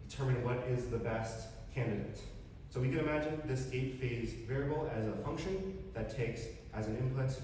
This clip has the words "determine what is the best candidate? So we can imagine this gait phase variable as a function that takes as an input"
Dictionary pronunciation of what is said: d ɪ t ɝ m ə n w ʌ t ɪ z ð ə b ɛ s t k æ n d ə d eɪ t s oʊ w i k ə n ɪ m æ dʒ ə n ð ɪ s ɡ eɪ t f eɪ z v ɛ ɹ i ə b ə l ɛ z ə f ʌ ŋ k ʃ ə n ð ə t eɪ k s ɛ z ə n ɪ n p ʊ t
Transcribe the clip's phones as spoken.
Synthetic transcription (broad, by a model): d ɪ t ɝ m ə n w ʌ t ɪ z ð ə b ɛ s t k æ n d ə d eɪ t s oʊ w i k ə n ɪ m æ dʒ ə n ð ɪ s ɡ eɪ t f eɪ z v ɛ ɹ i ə b l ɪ z ə f ʌ ŋ k ʃ ə n ð ə t eɪ k s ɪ z n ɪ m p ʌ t